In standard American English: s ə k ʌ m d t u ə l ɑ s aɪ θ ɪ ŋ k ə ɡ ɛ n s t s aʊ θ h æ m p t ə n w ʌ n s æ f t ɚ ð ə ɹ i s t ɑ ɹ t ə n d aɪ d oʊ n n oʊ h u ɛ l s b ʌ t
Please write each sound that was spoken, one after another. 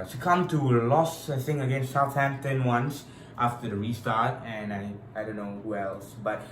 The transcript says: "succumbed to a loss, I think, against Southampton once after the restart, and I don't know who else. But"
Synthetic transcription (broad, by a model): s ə k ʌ m t u ə l ɑ s aɪ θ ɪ ŋ ə ɡ ɛ n s t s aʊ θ h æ m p t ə n w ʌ n s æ f t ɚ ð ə ɹ i s t ɑ ɹ t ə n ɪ aɪ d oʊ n n oʊ h u ɛ l s b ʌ t